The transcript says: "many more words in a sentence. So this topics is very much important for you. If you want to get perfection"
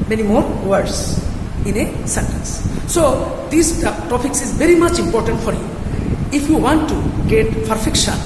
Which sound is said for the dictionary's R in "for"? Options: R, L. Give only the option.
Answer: R